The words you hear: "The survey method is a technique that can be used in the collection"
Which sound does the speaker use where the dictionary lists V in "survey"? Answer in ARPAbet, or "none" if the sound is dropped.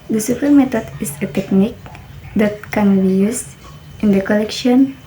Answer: P